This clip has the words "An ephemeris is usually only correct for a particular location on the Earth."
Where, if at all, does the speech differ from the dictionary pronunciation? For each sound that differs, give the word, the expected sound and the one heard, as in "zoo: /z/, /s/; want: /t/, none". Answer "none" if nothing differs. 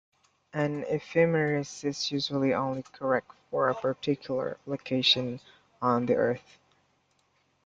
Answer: none